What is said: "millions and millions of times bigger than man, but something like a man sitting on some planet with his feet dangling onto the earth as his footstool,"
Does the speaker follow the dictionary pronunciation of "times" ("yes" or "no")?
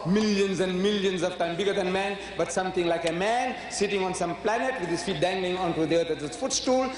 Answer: no